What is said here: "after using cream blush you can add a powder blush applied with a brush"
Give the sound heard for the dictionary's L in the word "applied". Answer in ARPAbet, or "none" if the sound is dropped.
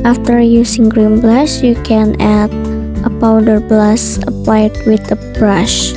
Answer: none